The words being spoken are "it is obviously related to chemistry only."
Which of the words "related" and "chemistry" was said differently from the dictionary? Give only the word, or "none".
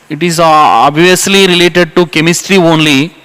none